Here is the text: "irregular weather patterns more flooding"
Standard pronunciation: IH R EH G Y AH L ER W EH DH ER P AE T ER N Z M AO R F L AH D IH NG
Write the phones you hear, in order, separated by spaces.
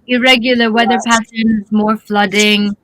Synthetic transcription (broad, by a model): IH R EH G Y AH L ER W EH DH ER P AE S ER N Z M AO R F L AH D IH NG